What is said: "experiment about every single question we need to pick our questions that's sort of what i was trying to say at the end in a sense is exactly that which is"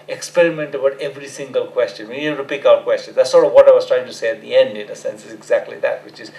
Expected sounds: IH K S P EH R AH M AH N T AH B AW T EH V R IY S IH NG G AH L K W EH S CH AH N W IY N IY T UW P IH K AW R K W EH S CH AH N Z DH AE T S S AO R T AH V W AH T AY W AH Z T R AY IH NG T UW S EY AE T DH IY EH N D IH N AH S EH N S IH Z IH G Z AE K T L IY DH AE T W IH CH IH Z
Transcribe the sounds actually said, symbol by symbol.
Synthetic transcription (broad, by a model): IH K S P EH R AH M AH N T AH B AW T EH V R IY S IH NG G AH L K W EH S CH AH N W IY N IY T UW P IH K AW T K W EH S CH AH N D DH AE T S S AO R T AH V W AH T AY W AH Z T R AY IH NG T UW S EY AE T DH IY EH N D IH N AH S EH N S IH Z IH G Z AE K T L IY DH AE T W IH CH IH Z